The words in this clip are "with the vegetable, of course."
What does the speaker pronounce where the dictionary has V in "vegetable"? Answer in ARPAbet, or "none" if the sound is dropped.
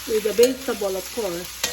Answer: B